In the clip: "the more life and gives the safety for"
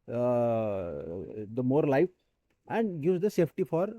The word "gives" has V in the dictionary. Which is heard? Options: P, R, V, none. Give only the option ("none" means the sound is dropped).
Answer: none